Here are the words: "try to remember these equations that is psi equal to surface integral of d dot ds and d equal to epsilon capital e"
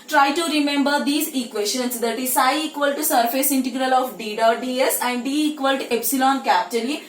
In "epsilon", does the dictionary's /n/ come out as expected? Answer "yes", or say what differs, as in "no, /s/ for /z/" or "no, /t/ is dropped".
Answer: yes